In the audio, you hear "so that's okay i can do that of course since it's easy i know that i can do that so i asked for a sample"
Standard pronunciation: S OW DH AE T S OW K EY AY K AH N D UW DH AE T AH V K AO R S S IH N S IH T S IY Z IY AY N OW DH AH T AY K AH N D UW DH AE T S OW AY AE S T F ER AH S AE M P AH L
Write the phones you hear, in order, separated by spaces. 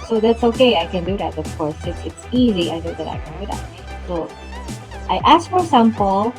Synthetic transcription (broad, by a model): S OW DH AE T S OW K EY AY K AH N D UW DH AE T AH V K AO R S S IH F IH T S IY Z IY AY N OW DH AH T AY K AH N D UW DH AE T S OW AY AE S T F ER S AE M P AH L